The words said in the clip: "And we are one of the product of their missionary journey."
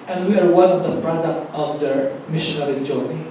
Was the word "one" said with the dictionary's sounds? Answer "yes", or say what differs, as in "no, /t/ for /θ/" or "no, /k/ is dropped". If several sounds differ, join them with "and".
no, /l/ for /n/